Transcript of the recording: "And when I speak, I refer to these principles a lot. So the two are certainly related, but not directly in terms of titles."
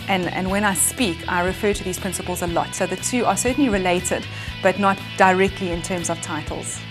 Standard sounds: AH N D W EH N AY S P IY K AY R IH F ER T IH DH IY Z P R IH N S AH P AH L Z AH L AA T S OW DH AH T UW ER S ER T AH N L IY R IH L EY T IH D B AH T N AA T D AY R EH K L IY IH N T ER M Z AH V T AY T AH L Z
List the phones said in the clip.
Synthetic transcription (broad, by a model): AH N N W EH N AY S P IY K AY R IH F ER T IH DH IY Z P R IH N S AH P AH L Z AH L AA T S OW DH AH T UW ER S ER T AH N L IY R IH L EY T IH D B AH T N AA T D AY R EH K L IY IH N T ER M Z AH V T AY T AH L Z